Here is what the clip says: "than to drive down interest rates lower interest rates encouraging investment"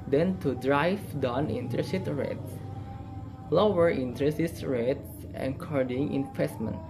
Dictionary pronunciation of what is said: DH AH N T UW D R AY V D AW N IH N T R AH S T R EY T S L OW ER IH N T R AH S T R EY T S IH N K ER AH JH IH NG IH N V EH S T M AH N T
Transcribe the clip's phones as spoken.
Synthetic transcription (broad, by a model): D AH N T UW D R AY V D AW N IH N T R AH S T R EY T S L OW ER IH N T R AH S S R EY T S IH K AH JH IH NG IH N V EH S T M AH N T